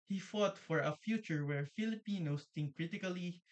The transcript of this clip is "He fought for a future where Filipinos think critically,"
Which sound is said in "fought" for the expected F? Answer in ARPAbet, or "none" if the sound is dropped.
F